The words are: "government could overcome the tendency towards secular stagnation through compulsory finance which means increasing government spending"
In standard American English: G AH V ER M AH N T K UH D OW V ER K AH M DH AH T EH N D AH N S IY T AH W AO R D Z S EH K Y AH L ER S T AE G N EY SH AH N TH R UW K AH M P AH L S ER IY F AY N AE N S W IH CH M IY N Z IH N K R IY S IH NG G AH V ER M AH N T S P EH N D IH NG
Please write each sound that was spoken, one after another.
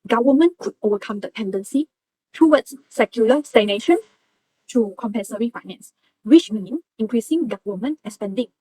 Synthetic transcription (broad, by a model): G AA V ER M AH N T K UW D OW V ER K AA M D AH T EH N D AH N S IY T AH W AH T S S EH K Y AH L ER S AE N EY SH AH N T UW K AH M P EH N S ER IY F AY N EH N S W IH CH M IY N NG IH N K R IY S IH NG G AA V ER M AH N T S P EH N D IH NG